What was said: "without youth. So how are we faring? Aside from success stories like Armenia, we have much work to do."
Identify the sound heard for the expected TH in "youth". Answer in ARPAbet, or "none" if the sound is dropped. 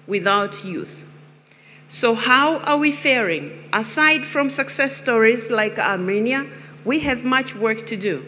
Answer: TH